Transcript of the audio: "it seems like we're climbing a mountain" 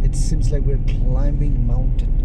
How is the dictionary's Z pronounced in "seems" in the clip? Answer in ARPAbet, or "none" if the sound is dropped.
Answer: Z